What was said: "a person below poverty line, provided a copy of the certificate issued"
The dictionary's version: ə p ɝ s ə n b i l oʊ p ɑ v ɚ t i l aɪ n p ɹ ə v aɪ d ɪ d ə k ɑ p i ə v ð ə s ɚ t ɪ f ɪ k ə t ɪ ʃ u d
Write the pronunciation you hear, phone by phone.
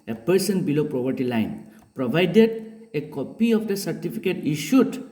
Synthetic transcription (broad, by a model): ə p ɝ s ə n b i l oʊ p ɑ p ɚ t i l aɪ n p ɹ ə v aɪ d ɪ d ə k ɑ p i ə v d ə s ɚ t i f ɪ k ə t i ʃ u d